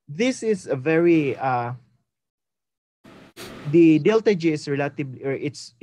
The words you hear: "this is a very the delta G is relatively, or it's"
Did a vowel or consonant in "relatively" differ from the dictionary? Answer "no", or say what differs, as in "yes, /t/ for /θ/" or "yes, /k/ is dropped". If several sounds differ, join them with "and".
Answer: yes, /b/ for /v/